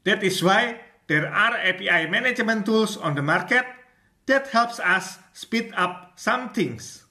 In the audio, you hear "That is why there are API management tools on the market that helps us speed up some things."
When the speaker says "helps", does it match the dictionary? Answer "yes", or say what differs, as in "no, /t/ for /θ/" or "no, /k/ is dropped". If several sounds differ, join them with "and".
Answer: yes